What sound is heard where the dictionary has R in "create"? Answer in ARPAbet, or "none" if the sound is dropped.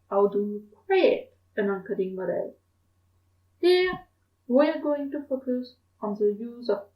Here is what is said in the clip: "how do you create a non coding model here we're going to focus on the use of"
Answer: W